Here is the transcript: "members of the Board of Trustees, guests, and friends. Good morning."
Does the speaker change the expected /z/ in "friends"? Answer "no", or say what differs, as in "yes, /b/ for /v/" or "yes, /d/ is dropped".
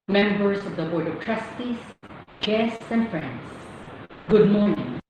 yes, /s/ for /z/